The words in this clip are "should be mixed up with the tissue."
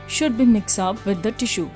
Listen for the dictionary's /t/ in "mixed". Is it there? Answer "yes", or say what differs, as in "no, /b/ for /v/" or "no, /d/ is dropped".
no, /t/ is dropped